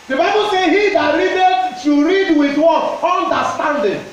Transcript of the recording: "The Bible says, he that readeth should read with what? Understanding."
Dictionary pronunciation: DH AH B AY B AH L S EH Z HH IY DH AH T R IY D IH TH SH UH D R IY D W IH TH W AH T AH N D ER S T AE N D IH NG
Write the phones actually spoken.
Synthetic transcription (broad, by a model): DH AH B AY B AH L S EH HH IY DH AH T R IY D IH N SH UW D R IY D W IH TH W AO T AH N D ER S T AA N D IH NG